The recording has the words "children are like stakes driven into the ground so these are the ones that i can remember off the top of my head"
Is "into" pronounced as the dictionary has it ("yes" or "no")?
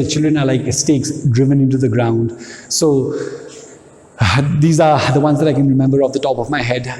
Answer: yes